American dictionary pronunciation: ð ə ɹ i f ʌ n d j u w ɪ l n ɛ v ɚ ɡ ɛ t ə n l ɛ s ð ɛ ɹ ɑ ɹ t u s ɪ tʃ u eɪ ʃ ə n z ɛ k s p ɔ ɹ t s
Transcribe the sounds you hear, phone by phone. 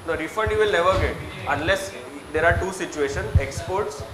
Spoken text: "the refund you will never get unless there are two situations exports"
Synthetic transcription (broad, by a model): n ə ɹ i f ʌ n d j u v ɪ l n ɛ v ɚ ɡ ɛ t ə n l ɛ s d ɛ ɹ ɑ ɹ t u s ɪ tʃ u eɪ ʃ ə n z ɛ k s p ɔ ɹ t s